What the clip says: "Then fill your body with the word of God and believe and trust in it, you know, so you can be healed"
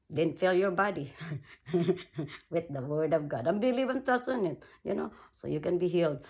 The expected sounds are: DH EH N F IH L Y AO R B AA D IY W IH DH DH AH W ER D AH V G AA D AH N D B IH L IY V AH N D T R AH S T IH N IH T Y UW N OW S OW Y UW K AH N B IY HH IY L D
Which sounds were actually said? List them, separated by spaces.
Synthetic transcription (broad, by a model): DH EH N F IH L Y AO R B AA D IY W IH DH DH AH W ER D AH V G AA D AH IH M B IH L IY V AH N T AH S IH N IH T Y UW N OW S OW Y UW K AH N B IY HH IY L D